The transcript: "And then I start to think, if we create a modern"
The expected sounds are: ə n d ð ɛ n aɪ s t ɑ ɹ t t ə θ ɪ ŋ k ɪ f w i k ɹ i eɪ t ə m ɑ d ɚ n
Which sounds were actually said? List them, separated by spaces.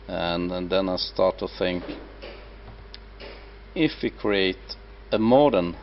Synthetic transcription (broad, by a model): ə n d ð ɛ n aɪ s t ɑ ɹ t t ə θ ɪ ŋ k ɪ f w i k ɹ i eɪ t ə m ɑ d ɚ n